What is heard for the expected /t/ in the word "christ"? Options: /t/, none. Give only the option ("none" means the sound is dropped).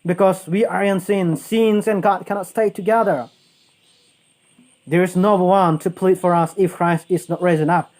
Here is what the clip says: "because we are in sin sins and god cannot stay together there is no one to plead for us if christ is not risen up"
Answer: /t/